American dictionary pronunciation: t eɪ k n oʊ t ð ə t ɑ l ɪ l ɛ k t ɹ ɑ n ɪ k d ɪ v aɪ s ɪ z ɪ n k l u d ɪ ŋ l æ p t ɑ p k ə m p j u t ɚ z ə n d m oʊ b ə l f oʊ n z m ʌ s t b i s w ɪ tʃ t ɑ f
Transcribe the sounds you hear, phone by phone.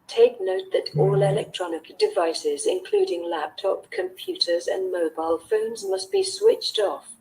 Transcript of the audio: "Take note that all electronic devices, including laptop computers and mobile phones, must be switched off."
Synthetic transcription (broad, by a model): t eɪ k n oʊ t ð ə t ɑ l ɪ l ɛ k t ɹ ɑ n ɪ k d ɪ v aɪ s ɪ z ɪ n k l u d ɪ ŋ l æ p t ɑ p k ə m p j u t ɚ z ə n m oʊ b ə l f oʊ n z m ʌ s t b i s w ɪ tʃ t ɑ f